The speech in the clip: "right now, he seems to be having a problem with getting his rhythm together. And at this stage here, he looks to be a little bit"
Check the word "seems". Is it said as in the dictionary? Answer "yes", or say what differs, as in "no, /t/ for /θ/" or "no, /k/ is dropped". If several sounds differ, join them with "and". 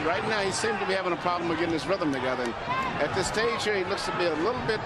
no, /z/ is dropped